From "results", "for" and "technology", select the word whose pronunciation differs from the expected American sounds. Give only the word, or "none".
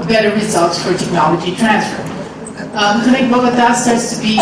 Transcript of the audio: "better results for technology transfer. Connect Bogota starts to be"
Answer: none